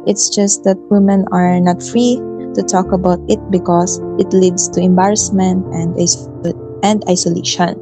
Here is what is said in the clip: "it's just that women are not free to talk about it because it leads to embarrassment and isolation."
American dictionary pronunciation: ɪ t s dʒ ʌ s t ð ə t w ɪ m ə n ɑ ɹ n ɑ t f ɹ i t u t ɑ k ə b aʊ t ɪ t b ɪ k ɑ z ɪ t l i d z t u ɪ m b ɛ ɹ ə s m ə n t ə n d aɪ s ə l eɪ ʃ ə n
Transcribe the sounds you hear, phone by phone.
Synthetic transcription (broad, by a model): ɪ t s dʒ ʌ s t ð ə t w ɪ m ə n ɑ ɹ n ɑ t f ɹ i t u t ɑ k ə b aʊ t ɪ t b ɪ k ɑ s ɪ t l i d s t u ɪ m b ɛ ɹ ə s m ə n t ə n d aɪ s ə l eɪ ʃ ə n